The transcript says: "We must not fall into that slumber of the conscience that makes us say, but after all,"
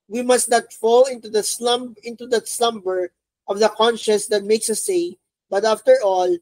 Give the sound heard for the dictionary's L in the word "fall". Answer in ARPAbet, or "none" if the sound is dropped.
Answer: L